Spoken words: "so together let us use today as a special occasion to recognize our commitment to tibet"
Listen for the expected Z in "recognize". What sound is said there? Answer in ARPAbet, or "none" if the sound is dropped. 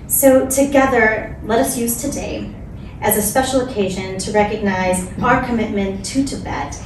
Z